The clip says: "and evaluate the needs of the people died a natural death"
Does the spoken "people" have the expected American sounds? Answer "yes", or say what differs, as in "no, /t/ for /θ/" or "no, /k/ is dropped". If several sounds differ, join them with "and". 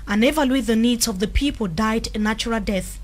yes